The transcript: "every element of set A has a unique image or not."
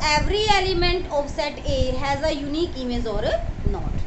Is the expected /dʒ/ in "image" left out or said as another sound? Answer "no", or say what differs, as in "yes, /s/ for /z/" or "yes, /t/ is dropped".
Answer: yes, /z/ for /dʒ/